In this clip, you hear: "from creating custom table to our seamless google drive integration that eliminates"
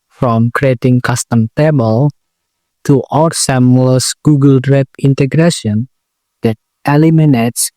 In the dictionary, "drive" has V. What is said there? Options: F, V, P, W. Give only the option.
P